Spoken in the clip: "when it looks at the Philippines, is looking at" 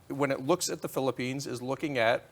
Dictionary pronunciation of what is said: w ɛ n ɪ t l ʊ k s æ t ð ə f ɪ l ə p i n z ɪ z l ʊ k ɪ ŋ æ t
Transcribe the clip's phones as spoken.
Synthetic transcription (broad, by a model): w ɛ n ɪ t l ʊ k s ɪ t ð ə f ɪ l ə p i n z ɪ z l ʊ k ɪ ŋ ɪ t